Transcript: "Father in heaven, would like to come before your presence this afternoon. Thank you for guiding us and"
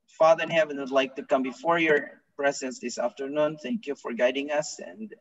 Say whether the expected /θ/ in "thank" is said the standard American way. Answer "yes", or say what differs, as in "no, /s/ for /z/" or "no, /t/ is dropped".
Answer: yes